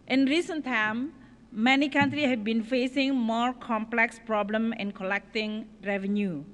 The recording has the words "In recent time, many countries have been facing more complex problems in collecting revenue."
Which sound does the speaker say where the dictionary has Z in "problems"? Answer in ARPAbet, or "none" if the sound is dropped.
none